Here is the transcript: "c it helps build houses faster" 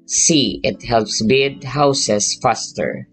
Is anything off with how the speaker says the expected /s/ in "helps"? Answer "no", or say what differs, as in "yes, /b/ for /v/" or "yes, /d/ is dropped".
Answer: no